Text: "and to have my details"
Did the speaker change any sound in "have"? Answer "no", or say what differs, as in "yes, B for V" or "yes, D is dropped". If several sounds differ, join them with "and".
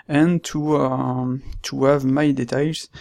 no